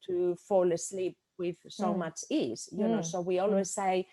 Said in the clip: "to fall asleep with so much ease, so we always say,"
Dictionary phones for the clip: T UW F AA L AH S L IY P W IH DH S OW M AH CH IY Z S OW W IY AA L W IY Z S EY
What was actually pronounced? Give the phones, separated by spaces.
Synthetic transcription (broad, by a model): T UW F AA L AH S L IY P W IH DH S OW M AH CH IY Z S OW W IY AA L W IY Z S EY